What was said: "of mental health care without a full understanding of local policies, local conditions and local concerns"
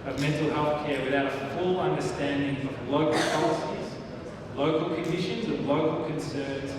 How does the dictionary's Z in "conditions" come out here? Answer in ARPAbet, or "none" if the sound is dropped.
Z